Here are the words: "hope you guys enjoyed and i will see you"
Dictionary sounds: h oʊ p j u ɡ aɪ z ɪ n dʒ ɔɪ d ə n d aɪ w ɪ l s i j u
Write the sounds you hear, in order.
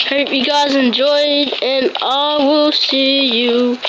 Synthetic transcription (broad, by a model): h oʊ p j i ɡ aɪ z ɪ n dʒ ɔɪ d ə n aɪ w ɪ l s i j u